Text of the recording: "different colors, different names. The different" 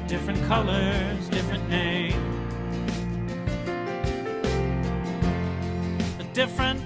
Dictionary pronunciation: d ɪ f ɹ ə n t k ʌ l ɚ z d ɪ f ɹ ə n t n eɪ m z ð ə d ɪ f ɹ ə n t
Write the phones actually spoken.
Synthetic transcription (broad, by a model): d ɪ f ɹ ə n k ʌ l ɚ z d ɪ f ɹ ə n n eɪ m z ð ə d ɪ f ɹ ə n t